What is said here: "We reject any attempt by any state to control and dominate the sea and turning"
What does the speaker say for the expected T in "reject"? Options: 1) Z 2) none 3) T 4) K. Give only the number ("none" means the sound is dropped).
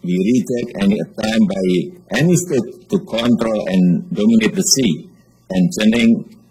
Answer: 2